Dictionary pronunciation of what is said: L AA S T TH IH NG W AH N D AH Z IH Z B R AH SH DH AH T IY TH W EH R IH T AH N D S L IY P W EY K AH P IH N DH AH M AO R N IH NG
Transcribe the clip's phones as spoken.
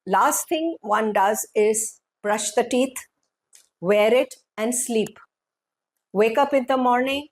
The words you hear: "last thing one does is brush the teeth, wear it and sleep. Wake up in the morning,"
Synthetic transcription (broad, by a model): L AA S T T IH NG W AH N D AH Z IH Z B R AH SH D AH T IY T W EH R IH T AH N D S L IY P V EY K AH P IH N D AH M AO R N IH NG